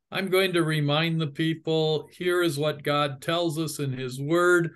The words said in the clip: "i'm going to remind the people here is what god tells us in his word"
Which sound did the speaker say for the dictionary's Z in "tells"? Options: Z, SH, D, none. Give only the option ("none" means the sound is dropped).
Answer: Z